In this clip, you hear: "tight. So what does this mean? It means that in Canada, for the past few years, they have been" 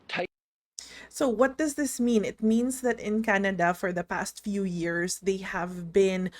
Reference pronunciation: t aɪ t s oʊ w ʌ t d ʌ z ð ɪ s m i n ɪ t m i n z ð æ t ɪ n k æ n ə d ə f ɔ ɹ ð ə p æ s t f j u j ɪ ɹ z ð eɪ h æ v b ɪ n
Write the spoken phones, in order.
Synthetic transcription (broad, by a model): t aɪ s oʊ w ʌ t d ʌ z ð ɪ s m i n ɪ t m i n s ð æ t ɪ n k æ n ə d ə f ɔ ɹ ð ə p æ s t f j u j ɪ ɹ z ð eɪ h æ v b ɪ n